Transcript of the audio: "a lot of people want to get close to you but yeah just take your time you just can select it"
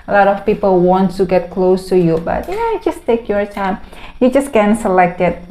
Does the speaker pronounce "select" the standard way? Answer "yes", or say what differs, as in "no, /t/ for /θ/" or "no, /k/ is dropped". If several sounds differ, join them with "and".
yes